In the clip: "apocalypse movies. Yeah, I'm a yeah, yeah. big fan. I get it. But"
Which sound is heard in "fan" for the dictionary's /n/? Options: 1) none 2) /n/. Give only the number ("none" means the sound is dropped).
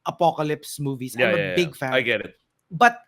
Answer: 1